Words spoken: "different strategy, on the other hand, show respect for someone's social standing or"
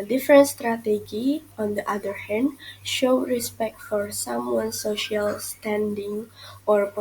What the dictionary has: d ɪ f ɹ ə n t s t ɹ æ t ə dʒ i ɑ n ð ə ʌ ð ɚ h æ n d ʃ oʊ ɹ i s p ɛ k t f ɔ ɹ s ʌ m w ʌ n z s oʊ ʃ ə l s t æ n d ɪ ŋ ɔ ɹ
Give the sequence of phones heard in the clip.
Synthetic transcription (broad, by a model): d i f ɹ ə n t s t ɹ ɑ t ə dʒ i ɑ n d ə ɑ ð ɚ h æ n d ʃ oʊ ɹ i s p ɛ k t f ɔ ɹ s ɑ m w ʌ n s oʊ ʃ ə l s t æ n d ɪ ŋ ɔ ɹ